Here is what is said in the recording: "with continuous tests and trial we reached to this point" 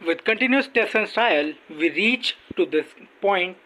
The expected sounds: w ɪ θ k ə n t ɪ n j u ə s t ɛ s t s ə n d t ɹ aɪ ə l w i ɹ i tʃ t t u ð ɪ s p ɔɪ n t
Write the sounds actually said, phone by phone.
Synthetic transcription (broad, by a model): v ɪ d k ə n t ɪ n j u ə s t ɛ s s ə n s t aɪ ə l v i ɹ i tʃ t t u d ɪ s p ɔɪ n t